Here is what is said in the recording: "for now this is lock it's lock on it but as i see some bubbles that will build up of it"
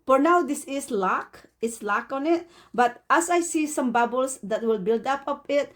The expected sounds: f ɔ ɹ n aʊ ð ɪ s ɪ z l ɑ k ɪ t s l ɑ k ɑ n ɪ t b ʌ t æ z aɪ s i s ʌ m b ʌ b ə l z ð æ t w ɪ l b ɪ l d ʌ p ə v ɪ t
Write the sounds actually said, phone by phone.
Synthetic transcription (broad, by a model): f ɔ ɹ n aʊ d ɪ s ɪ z l ɑ k ɪ t s l ɑ k ɑ n ɪ t b ʌ t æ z aɪ s i s ʌ m b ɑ b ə l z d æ t w ɪ l b ɪ l d ʌ p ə p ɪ t